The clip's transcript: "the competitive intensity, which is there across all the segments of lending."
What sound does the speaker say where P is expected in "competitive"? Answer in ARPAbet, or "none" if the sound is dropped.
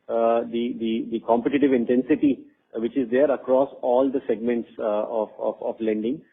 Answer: P